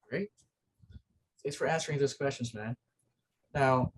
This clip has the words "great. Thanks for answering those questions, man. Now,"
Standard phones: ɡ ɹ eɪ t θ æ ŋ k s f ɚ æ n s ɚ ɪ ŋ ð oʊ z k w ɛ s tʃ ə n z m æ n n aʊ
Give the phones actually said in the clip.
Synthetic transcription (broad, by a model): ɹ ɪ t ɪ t s f ɚ æ n s ɚ ɪ ŋ ð oʊ z k w ɛ s tʃ ə n z m æ n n aʊ